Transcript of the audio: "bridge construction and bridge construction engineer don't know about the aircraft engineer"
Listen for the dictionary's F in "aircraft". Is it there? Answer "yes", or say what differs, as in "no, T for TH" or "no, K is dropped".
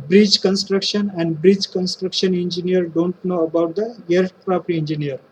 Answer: no, P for F